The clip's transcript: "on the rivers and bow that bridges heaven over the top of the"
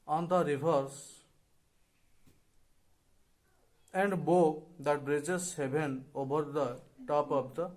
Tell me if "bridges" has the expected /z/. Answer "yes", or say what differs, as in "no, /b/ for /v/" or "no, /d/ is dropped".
no, /s/ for /z/